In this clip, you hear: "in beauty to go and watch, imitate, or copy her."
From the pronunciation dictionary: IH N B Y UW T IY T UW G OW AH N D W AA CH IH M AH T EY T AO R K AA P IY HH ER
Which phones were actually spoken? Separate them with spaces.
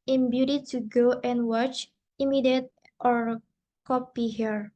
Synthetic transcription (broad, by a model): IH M B Y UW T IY T UW G OW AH N W AA CH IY M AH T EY T AO R K AA P IY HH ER